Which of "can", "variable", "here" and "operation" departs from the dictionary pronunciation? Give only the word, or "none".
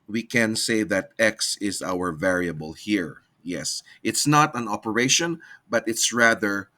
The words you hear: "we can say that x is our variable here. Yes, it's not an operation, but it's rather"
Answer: none